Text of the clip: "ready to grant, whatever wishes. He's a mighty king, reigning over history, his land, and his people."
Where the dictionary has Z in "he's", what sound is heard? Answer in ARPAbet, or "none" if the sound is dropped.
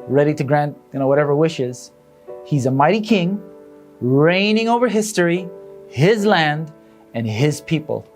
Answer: Z